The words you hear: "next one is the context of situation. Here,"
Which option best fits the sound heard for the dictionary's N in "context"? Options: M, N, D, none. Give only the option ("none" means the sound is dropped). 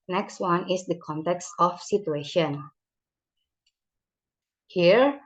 N